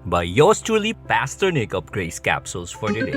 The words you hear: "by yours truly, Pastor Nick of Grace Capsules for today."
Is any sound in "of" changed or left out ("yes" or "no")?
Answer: yes